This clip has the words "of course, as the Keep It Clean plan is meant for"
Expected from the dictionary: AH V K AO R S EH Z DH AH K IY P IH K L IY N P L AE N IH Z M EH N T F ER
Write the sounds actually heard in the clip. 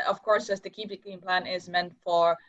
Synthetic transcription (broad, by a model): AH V K AO R S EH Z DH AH K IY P IH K IY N P L AE N IH Z M EH N T F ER